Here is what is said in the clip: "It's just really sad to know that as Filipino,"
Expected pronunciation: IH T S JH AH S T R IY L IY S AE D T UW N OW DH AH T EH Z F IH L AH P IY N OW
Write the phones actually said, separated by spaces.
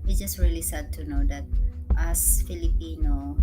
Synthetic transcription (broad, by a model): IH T JH AH S T R IY L IY S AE D T UW N OW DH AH T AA S F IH L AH P IY N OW